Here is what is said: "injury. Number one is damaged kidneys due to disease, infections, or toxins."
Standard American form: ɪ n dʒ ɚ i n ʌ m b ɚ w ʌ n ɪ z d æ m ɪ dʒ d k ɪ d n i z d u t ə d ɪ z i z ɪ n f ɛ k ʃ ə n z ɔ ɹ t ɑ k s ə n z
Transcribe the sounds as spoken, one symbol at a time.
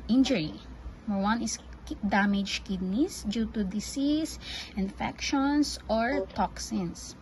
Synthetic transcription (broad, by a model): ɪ n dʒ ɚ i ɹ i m ɚ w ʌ n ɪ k d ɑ m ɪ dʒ k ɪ d n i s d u t ə d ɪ s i s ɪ n f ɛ k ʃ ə n s ɔ ɹ t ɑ k s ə n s